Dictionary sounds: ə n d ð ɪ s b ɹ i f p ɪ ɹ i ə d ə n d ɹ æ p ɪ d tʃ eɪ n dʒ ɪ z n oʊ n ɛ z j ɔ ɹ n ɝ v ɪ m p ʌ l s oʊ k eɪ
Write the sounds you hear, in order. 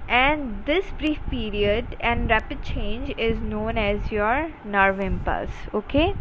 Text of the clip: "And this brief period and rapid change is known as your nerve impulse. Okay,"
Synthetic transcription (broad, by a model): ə n d ɪ s b ɹ i f p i ɹ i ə d ə n d ɹ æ p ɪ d tʃ eɪ n dʒ ɪ z n oʊ n ɛ z j ɔ ɹ n ɝ v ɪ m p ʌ s oʊ k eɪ